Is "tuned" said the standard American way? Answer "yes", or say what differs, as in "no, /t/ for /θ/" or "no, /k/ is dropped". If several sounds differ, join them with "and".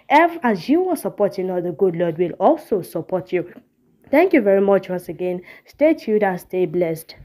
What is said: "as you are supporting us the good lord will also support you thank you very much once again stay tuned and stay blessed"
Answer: no, /n/ is dropped